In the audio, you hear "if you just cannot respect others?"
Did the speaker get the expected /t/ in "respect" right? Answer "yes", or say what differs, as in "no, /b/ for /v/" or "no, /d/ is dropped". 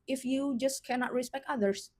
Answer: yes